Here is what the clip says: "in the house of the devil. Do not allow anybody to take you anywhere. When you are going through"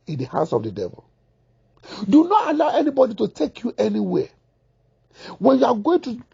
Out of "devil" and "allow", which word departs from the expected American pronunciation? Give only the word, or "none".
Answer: none